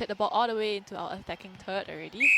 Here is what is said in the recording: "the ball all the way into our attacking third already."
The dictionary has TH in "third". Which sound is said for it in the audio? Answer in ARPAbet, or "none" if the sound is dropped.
T